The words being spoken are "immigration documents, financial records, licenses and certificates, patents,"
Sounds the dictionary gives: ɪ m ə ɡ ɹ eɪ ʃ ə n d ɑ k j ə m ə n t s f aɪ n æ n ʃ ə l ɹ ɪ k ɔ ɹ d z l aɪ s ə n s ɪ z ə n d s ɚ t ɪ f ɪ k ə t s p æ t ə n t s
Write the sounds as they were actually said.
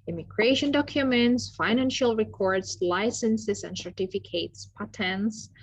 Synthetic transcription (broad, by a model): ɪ m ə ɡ ɹ eɪ ʃ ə n d ɑ k j ə m ə n t s f aɪ n æ n ʃ ə l ɹ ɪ k ɔ ɹ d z l aɪ s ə n s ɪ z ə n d s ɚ t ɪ f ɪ k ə t s p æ t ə n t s